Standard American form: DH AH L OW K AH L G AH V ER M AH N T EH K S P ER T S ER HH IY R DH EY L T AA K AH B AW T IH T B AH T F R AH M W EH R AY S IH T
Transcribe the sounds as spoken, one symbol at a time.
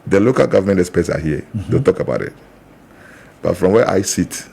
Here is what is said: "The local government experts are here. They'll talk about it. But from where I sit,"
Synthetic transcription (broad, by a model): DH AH L OW K AH L G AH V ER M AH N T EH S P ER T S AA HH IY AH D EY T AA K AH B AW T IH T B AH T F R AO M W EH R AY S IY T